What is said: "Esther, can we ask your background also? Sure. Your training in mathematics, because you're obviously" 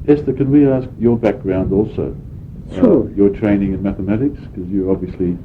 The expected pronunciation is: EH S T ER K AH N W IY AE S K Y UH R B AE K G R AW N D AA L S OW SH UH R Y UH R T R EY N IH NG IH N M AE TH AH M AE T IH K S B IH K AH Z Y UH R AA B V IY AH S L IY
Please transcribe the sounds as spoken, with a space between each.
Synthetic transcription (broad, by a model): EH S T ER K AH N W IY AE S K Y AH R B AE K G R AW N D AA L S OW UH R Y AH R T R EY N IH NG IH N M AE TH AH M AE T IH K S K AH Z Y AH R AA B V IY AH S L IY